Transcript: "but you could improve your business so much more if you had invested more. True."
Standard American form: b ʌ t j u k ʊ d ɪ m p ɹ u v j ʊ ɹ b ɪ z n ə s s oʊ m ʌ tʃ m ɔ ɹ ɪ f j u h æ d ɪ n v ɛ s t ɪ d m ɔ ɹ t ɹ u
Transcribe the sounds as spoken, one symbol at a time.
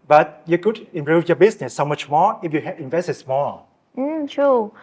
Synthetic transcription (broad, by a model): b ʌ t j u k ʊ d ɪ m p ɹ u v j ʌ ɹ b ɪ s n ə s s oʊ m ʌ tʃ m ɔ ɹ ɪ f j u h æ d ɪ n v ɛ s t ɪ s m ɔ ɹ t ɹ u